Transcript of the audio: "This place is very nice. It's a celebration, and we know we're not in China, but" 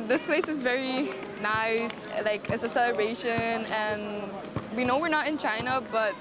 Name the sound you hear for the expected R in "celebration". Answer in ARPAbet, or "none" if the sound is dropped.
none